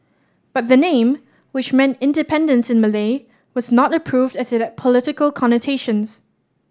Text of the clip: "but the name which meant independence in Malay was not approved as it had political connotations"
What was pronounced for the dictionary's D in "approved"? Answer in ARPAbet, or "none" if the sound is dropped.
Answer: D